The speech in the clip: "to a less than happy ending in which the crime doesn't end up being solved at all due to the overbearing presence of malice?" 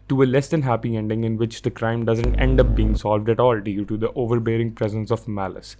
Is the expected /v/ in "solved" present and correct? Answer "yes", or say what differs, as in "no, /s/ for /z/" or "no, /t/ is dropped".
yes